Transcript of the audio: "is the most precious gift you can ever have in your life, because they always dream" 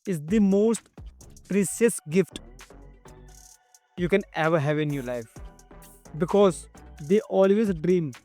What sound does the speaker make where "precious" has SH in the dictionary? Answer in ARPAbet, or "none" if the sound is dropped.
S